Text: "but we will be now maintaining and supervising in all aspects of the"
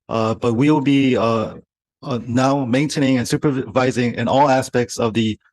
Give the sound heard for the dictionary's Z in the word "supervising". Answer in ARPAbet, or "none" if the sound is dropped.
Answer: Z